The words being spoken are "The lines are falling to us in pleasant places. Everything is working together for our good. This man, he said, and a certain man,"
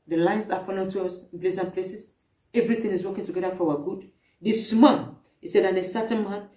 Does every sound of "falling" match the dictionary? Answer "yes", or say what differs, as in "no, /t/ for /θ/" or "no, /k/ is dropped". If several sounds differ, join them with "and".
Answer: no, /n/ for /l/